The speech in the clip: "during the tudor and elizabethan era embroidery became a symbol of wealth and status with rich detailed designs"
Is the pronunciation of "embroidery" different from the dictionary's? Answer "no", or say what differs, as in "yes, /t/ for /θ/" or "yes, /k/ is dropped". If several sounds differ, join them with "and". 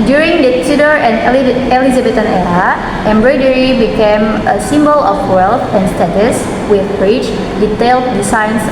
no